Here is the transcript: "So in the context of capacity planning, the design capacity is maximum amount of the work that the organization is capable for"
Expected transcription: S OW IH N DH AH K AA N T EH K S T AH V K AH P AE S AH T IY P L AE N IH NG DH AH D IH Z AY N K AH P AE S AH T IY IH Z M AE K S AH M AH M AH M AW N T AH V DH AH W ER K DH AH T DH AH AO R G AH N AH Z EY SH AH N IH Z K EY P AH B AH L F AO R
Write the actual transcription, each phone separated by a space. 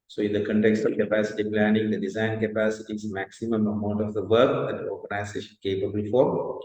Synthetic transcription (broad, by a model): S OW IH N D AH K AA N T EH K S T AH K AH P AE S AH T IY P L AE N IH NG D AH D IH Z AY N K AH P AE S AH T IY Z M AE K S AH M AH M AH M AW N T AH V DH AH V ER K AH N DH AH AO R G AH N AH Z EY SH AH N K EY P AH B AH L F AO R